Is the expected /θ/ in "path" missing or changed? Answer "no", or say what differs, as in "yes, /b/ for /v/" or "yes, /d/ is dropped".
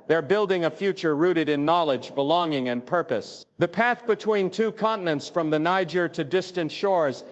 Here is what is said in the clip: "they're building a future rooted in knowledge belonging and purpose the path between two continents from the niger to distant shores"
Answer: no